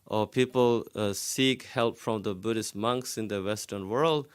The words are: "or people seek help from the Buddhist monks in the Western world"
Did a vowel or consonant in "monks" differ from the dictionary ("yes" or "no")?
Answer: no